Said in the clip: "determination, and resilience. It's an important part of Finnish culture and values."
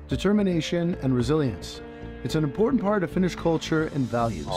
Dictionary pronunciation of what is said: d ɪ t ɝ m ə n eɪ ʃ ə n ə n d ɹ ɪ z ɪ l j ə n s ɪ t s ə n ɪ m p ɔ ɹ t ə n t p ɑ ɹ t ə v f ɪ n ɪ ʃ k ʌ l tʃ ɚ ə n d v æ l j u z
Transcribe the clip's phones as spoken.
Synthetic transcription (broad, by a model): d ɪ t ɝ m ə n eɪ ʃ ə n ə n ɹ ɪ z ɪ l j ə n s ɪ t s ə n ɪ m p ɔ ɹ t n p ɑ ɹ t ə v f ɪ n ɪ ʃ k ʌ l tʃ ɚ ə n v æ l j u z